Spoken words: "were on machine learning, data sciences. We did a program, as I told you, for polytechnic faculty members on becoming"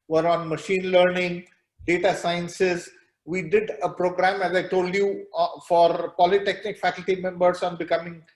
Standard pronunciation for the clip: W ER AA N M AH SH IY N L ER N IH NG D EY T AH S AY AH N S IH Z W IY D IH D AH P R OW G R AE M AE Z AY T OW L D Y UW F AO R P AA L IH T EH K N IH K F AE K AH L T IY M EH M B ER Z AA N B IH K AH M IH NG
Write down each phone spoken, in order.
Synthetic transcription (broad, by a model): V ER AA N M AH SH IY N L ER N IH NG D EY T AH S AY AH N S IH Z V IY D IH D AH P R OW G R AE M AE Z AY T OW L D Y UW F AO R P AA L IH T EH K N IH K F AE K AH L T IY M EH M B ER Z AA N B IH K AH M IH NG